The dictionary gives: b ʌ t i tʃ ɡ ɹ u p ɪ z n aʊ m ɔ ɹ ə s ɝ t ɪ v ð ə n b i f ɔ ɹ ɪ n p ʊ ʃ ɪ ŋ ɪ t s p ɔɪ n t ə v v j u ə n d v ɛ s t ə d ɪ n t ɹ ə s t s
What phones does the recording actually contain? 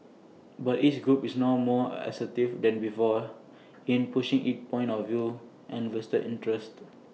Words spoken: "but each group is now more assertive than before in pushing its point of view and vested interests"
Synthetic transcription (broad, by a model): b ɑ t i s ɡ ɹ u p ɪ s n aʊ m ɔ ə s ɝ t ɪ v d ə n b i f ɔ ɪ n p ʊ ʃ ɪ ŋ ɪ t p ɔɪ n t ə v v j u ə n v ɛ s t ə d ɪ n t ɹ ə s t